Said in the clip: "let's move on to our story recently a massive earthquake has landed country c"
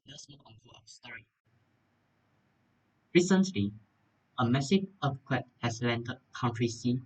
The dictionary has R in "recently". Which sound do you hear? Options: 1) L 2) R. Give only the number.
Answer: 2